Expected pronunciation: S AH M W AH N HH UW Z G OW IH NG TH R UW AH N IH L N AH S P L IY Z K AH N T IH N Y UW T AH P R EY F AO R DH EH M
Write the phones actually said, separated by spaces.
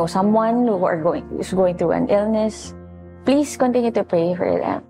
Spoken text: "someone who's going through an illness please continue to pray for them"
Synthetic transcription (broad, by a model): S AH M W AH N HH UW S G OW IH NG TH R UW AH N IH L N AH S P L IY S K AH N T IH N Y UW T AH P R EY F AO R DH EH M